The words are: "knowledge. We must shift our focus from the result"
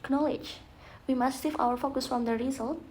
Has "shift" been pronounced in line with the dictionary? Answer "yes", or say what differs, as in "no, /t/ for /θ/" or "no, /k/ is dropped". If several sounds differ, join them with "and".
no, /s/ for /ʃ/